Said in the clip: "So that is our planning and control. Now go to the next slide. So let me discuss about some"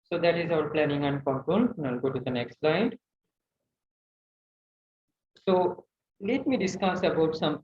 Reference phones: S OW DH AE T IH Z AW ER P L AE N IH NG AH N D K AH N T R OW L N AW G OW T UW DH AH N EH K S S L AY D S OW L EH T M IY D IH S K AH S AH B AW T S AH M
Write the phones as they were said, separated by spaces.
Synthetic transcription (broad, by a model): S OW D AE T IH Z AW ER P L AE N IH NG AH N D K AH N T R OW N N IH G OW T UW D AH N EH K S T L AY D S OW L EH T M IY D IH S K AH S AH B AW T S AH M